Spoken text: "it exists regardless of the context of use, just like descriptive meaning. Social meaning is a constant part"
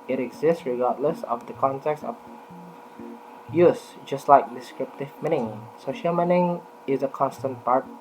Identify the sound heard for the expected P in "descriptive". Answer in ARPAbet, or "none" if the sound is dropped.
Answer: P